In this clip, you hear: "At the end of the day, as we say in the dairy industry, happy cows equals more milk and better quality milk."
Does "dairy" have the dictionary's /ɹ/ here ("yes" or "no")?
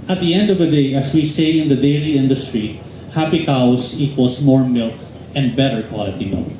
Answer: no